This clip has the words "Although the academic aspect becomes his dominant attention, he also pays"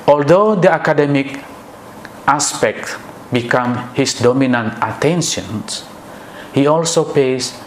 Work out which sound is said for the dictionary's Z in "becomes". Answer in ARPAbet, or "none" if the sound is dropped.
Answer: none